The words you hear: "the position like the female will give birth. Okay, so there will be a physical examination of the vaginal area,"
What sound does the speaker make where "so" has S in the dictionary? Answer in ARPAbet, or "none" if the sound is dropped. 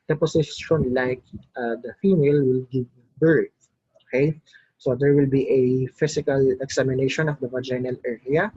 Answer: S